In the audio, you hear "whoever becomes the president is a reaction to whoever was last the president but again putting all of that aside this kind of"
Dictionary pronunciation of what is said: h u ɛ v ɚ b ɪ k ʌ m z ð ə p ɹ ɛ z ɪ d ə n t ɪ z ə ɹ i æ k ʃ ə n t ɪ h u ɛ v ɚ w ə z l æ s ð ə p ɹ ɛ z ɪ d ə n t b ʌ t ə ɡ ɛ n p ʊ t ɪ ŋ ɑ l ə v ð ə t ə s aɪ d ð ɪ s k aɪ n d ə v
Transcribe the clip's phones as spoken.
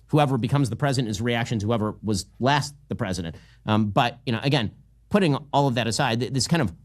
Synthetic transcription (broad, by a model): h u ɛ v ɚ b ɪ k ʌ m z ð ə p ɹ ɛ z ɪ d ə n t ɪ z ə ɹ i æ k ʃ ə n t ɪ h u ɛ v ɚ w ə z l æ s ð ə p ɹ ɛ z ɪ d ə n t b ʌ t ə ɡ ɛ n p ʊ t ɪ ŋ ɑ l ə v ð ə t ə s aɪ d ð ɪ s k aɪ n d ə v